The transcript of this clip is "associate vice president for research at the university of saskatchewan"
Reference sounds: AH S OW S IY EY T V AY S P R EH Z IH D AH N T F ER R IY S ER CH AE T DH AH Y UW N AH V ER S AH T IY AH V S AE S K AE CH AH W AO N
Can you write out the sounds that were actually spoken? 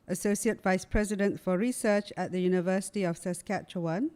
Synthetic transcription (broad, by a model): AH S OW S IY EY T V AY S P R EH Z IH D AH N T F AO R IY S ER CH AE T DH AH Y UW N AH V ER S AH T IY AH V S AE S K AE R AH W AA N